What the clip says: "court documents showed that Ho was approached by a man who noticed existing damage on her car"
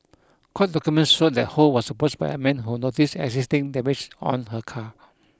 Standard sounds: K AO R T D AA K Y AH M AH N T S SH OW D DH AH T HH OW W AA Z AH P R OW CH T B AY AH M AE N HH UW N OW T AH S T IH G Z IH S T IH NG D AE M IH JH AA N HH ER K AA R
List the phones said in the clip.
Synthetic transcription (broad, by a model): K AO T D AA K Y AH M AH N T S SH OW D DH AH T HH OW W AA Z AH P OW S B AY AH M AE N HH UW N OW T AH S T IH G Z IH S T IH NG D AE M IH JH AA N HH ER K AA